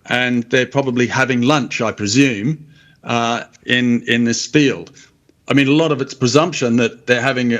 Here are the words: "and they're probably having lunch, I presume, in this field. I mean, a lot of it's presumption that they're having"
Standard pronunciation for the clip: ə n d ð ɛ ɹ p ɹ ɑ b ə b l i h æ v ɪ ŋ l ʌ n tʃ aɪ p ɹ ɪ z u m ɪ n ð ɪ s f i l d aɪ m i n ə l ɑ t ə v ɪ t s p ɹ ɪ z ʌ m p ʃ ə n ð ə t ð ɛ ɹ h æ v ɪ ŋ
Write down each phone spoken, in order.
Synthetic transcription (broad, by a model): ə n ð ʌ ɹ p ɹ ɑ b ə b l i h æ v ɪ ŋ l ʌ n tʃ aɪ p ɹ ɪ z u m ɪ n ð ɪ s f i l d aɪ m i n ə l ɑ t ə v ɪ t s p ɹ ɪ z ʌ m p ʃ ə n ð ə t ð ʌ ɹ h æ v ɪ ŋ